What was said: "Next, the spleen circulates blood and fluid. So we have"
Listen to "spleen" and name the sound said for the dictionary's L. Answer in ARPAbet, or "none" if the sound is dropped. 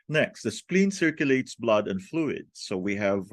L